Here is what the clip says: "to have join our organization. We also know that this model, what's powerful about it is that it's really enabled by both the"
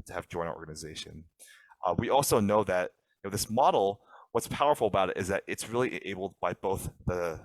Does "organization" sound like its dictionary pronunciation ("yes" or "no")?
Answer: yes